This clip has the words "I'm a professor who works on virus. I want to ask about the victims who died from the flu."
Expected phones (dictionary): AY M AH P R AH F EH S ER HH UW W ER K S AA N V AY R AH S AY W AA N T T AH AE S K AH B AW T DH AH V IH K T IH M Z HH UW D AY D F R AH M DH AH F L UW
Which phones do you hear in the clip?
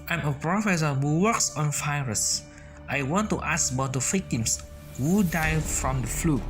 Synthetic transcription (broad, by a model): AY M AH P R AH F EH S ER HH UW W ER K S AA N F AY R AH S AY W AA N T T AH S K AH B AW T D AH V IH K T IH M S HH UW D AY F R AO M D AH F L UW